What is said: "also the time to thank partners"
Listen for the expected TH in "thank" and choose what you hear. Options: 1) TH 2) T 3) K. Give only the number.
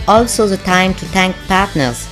2